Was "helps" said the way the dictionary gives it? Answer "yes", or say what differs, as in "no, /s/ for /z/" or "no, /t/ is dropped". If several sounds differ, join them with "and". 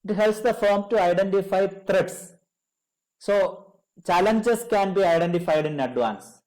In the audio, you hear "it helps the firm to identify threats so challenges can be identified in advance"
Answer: yes